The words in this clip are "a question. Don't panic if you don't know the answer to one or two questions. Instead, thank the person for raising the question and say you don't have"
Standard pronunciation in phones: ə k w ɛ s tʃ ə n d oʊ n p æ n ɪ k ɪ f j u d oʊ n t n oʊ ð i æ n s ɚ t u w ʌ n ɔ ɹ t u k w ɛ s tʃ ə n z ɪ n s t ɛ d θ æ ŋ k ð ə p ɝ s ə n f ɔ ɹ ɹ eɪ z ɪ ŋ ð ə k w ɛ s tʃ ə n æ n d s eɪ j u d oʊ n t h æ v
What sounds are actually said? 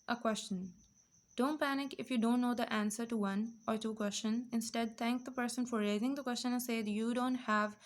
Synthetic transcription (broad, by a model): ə k w ɛ s tʃ ə n d oʊ n p æ n ɪ k ɪ f j u d oʊ n t n oʊ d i æ n s ɚ t u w ʌ n ɔ ɹ t u k w ɛ s tʃ ə n z ɪ n s t ɛ d t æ ŋ k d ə p ɝ s ə n f ɔ ɹ ɹ eɪ z ɪ ŋ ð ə k w ɛ s tʃ ə n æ n s eɪ j u d oʊ n t h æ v